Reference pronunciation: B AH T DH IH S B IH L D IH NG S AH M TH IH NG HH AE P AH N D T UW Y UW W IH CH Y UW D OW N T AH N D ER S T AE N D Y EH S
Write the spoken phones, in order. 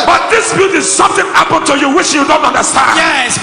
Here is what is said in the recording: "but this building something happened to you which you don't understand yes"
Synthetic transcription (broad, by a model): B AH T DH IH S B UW D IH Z S AH M TH IH NG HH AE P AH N T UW Y UW W IH CH Y UW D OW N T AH N D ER S T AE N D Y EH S